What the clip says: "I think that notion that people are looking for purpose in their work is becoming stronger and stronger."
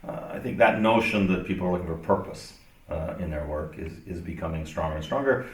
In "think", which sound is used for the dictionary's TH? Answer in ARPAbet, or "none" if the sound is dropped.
TH